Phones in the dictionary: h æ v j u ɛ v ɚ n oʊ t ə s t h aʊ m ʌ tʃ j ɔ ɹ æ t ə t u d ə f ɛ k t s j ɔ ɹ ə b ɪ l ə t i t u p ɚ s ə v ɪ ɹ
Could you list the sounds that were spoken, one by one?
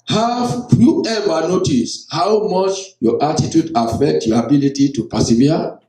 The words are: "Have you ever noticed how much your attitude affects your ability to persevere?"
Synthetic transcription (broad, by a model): h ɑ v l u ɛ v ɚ n oʊ t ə s h aʊ m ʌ tʃ j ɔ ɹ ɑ t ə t u d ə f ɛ k t j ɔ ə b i l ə t i t u p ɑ s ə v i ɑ